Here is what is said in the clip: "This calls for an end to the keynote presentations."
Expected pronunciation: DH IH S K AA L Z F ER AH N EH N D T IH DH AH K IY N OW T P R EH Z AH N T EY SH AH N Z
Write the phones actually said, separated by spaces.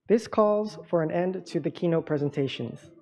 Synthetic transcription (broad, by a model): DH IH S K AA L Z F ER AH N EH N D T IH DH AH K IY N OW T P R EH Z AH N T EY SH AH N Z